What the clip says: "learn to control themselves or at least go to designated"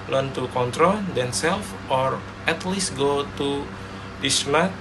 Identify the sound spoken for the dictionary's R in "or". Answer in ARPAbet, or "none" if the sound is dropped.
R